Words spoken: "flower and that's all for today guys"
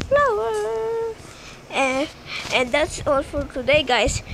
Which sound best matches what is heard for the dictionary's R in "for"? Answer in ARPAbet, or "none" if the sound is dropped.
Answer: L